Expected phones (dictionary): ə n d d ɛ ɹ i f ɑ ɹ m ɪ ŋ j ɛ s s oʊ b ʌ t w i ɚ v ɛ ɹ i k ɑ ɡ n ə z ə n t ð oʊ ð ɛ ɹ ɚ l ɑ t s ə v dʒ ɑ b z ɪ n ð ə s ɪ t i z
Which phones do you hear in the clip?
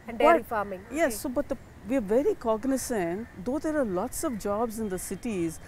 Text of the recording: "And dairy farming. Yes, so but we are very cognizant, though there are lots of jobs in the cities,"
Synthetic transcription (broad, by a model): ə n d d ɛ i f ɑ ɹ m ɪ ŋ j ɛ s s oʊ b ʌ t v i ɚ v ɛ ɹ i k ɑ ɡ n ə s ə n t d oʊ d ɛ ɹ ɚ l ɑ t s ə v dʒ ɑ b z ɪ n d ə s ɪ t i z